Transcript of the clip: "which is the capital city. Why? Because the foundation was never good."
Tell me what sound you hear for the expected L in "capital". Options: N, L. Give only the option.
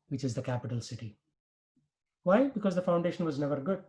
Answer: L